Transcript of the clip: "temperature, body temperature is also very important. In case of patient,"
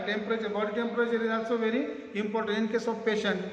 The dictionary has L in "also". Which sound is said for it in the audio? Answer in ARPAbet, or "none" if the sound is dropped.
none